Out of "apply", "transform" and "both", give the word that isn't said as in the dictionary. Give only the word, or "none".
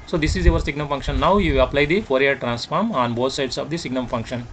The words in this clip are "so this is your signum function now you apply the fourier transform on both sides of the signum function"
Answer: both